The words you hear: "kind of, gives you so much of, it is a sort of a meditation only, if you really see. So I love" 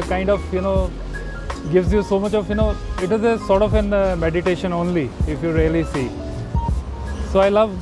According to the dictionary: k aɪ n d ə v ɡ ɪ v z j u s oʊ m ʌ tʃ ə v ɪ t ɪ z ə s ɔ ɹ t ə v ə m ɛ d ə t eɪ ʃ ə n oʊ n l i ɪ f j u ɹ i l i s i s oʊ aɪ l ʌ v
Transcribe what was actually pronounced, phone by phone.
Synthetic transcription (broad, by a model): k aɪ n d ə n ɡ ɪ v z j u s oʊ m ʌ tʃ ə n ɪ t ɪ z ə s ɔ ɹ t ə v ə m ɛ d ə t eɪ ʃ ə n oʊ n l i ɪ f j u ɹ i l i s i s oʊ aɪ l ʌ v